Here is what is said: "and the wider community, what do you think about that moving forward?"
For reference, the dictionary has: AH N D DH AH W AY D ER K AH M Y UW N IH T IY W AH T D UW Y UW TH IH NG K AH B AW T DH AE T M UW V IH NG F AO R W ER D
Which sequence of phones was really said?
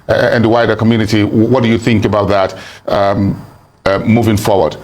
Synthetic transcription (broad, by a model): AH N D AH W AY D ER K AH M Y UW N IH T IY W AH T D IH Y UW TH IH NG K AH B AW T DH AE T M UW V IH NG F AO R W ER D